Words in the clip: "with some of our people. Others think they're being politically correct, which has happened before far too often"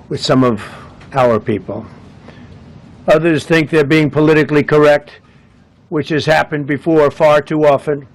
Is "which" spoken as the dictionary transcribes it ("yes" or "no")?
yes